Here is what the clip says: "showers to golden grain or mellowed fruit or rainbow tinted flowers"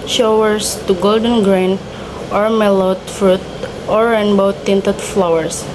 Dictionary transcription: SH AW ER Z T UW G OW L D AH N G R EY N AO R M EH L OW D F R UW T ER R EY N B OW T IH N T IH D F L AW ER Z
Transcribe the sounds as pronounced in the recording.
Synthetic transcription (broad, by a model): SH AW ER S T UW G OW L D AH N G R EY N AO R M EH L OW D F R UW T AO R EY N B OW T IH N T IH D F L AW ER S